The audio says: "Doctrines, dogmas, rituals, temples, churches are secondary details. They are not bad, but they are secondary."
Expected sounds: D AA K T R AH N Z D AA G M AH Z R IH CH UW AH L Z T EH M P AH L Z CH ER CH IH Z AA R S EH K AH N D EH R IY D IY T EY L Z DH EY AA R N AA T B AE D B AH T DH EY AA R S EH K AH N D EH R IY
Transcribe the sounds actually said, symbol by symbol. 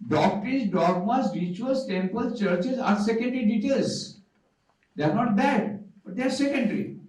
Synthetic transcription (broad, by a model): D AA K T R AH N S D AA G M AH S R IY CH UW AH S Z T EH M P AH L CH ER CH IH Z AA R S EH K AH N D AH R IY D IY T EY L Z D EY AA R N AA T B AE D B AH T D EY AA R S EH K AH N D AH R IY